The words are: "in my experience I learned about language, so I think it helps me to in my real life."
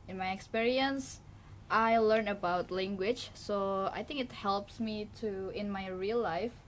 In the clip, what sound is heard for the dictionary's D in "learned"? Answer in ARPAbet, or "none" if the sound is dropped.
none